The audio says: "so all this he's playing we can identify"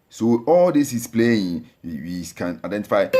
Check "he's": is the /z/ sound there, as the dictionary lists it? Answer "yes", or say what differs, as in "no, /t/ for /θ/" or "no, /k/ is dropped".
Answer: no, /s/ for /z/